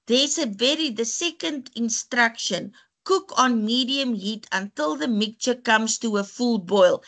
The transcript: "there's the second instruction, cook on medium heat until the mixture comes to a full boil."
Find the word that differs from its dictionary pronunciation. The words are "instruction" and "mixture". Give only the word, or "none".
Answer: mixture